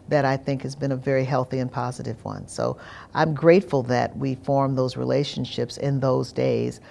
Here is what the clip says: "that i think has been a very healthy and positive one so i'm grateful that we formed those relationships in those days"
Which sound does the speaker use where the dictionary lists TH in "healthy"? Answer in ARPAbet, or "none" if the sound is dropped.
TH